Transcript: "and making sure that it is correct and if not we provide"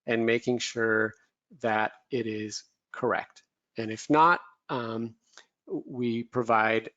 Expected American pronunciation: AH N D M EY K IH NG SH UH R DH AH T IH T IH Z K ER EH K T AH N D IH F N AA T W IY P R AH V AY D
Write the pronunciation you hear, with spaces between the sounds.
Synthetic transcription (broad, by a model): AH N M EY K IH NG SH UH R DH AH T IH T IH Z K ER EH K T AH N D IH F N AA T W IY P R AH V AY D